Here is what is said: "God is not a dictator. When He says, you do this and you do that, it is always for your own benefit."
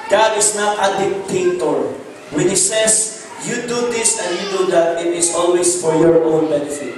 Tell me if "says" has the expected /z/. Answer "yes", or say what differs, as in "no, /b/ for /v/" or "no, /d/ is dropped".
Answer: no, /s/ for /z/